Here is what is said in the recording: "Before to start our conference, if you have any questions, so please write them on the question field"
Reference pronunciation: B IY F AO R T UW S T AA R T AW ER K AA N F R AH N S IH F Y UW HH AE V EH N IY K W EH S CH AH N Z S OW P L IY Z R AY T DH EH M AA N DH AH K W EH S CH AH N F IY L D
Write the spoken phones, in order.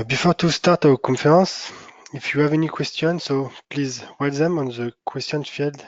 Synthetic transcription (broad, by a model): B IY F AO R T UW S T AA R T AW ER K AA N F R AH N S IH F Y UW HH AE V EH N IY K W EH S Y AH N S OW P L IY Z W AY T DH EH M AA N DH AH K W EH S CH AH N F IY L D